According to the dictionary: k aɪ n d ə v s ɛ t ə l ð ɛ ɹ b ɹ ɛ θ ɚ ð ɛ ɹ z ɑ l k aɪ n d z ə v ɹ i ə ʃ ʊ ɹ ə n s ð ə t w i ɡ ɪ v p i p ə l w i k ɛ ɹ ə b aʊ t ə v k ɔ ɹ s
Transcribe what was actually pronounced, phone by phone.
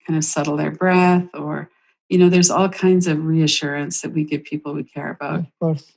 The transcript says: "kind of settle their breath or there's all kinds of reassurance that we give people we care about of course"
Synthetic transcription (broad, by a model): aɪ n d ə v s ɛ t l ð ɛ ɹ b ɹ ɛ θ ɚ ð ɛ ɹ z ɑ l k aɪ n d z ə v ɹ i ə ʃ ʊ ɹ ə n s ð ə t w i ɡ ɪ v p i p l w i k ɛ ɹ ə b aʊ t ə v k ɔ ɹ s